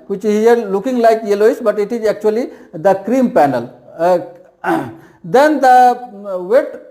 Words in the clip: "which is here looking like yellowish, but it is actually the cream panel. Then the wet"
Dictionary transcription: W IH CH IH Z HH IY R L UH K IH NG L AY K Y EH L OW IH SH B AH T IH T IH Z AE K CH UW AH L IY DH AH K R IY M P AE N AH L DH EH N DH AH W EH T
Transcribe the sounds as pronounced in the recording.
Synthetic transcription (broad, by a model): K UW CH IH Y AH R L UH K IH NG L AY K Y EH L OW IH S B AH T IH T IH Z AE K CH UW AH L IY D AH K R IY M P AE N AH L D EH N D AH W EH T